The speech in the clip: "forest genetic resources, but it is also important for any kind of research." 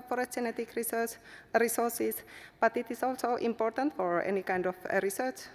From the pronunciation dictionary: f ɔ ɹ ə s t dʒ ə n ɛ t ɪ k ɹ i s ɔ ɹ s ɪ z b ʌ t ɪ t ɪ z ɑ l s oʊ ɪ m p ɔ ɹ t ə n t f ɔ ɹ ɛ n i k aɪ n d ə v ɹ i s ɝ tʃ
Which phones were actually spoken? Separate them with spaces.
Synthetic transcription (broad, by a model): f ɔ ɹ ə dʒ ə n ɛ t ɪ k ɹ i s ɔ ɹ s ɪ s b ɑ t ɪ t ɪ s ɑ l s oʊ ɪ m p ɔ ɹ t ə n t f ɔ ɹ ɛ n i k aɪ n d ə f ɹ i s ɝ tʃ